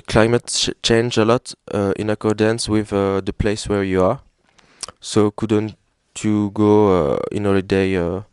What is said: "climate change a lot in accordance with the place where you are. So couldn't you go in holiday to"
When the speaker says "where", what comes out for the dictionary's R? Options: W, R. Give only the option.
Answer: R